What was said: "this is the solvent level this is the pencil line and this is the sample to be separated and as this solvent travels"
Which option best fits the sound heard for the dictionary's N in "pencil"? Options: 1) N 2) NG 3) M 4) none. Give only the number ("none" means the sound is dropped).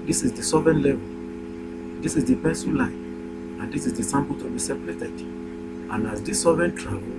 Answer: 4